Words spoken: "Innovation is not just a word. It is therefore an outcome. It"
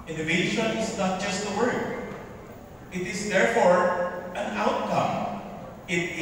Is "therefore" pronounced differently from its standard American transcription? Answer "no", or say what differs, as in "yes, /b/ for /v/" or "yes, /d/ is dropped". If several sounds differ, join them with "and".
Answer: no